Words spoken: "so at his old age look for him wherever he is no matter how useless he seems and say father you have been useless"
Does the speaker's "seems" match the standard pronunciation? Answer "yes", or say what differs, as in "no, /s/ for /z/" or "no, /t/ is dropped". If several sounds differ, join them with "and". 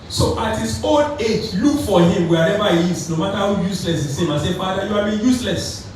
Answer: no, /z/ is dropped